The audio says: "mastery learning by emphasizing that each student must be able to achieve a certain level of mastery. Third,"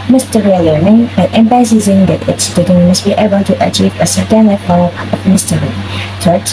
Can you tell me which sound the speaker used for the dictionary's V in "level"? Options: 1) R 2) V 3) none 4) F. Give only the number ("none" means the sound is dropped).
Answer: 3